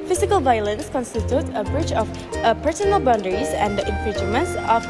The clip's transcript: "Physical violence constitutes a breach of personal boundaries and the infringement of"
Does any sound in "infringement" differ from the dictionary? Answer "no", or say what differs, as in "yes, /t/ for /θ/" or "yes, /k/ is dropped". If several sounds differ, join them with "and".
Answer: yes, /dʒ/ is dropped